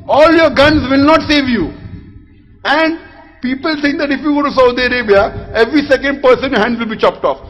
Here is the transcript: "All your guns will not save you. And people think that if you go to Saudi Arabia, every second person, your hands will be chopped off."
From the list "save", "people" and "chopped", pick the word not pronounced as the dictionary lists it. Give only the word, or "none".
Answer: none